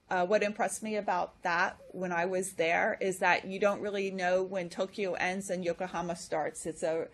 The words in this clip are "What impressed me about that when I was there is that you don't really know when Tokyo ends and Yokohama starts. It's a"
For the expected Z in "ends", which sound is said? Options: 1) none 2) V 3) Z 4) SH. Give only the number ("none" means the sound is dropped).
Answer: 3